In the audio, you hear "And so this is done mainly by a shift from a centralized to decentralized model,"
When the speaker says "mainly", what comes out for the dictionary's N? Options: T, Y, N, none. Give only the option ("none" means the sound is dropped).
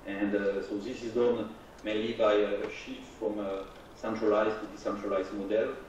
none